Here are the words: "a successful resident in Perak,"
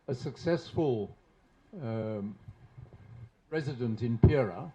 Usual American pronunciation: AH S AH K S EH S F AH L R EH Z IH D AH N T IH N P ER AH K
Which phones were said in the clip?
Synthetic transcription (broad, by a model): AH S AH K S EH S F AH L R EH Z IH D AH N T IH N P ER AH